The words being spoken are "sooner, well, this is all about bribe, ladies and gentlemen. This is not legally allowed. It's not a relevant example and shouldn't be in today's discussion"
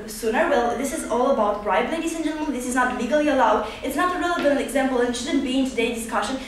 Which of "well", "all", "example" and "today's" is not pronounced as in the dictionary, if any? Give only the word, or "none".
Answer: today's